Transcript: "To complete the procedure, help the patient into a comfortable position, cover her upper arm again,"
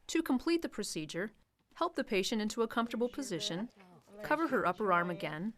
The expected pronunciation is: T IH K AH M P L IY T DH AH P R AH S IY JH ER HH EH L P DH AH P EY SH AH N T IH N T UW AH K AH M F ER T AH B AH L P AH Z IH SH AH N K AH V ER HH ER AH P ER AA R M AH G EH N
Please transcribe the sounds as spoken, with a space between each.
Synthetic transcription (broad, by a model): T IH K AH M P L IY T DH AH P R AH S IY JH ER HH EH L P DH AH P EY SH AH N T IH N T UW AH K AH M F T AH B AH L P AH Z IH SH AH N K AH V ER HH ER AH P ER AA R M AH G EH N